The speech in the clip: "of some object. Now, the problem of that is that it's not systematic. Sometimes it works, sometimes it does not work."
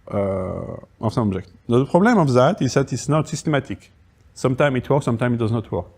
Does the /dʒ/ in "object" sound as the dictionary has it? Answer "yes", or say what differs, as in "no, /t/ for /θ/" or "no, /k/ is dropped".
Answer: no, /ʒ/ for /dʒ/